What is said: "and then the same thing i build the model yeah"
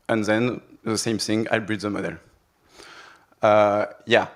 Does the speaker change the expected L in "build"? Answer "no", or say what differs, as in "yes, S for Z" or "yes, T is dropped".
yes, L is dropped